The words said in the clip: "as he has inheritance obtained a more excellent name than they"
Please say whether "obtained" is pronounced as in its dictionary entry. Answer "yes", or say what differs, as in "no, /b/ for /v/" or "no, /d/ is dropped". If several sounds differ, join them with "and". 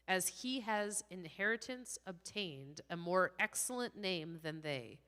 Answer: yes